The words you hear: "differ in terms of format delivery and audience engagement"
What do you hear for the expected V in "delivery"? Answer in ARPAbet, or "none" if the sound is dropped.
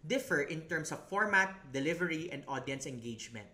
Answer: V